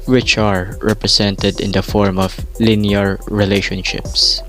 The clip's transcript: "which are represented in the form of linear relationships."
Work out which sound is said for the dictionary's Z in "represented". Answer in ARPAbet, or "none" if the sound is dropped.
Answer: S